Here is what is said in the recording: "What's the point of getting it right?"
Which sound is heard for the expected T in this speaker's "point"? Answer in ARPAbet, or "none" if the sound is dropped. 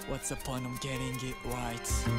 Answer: none